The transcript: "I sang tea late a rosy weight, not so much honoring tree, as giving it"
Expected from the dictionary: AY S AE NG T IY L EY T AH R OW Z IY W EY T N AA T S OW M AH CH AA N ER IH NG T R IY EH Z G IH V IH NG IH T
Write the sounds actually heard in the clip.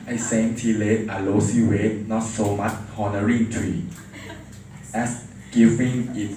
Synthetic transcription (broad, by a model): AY S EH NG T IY L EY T AH L OW S IY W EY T N AA T S OW M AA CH AA N ER IH NG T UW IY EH S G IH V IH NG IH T